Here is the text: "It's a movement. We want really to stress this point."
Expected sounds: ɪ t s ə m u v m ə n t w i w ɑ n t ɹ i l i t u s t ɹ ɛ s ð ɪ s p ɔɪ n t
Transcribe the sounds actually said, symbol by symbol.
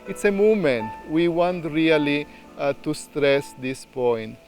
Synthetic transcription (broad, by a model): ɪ t s ə m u m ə n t w i w ɑ n t ɹ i l i t u s t ɹ ɛ s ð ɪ s p ɔɪ n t